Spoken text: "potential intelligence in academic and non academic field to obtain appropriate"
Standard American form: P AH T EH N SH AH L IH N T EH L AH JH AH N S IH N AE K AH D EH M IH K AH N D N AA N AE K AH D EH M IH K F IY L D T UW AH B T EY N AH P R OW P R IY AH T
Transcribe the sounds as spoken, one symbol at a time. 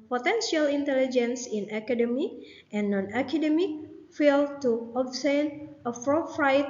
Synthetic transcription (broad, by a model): P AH T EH N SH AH L IH N T EH L AH JH AH N S IH N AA K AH D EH M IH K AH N N AA N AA K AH D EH M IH K F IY L T UW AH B S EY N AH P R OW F R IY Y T